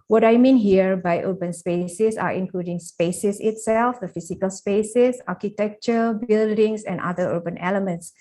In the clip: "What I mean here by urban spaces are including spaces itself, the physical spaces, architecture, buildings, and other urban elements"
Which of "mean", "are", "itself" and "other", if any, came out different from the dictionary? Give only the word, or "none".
other